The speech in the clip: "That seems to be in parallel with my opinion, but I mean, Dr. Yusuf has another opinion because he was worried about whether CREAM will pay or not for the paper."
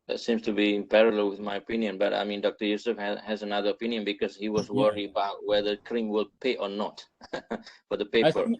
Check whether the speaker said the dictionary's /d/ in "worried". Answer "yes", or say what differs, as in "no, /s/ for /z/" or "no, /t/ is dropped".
no, /d/ is dropped